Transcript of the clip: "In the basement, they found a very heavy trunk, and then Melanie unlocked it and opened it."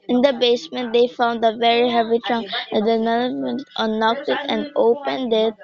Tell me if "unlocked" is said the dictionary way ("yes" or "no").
no